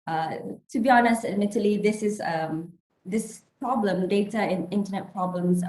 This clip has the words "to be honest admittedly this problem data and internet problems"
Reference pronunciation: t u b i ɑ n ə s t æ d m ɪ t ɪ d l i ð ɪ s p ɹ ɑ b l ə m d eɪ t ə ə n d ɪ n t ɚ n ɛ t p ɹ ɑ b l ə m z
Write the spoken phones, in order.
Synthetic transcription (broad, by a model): t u b i ɑ n ə s t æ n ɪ t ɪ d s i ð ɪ s p ɹ ɑ b l ə m d eɪ t ə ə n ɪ n t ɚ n ɛ t p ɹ ɑ b l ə m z